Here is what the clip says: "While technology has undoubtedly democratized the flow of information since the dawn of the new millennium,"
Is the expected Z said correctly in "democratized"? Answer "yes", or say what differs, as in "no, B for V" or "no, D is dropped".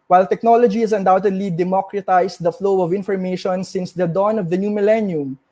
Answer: no, S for Z